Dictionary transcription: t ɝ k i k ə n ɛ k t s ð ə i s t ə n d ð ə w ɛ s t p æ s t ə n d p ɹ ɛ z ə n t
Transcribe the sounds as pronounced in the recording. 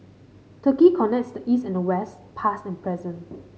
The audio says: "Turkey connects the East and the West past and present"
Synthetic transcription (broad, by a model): t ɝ k i k ə n ɛ k t s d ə i s t ə n d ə w ɛ s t p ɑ s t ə n p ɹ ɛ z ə n